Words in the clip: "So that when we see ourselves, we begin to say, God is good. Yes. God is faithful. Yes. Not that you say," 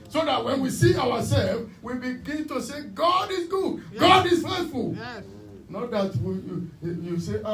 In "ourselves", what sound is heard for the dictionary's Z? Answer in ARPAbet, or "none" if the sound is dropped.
none